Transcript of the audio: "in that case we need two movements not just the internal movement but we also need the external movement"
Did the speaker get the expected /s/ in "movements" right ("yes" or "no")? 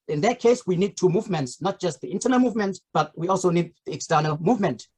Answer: yes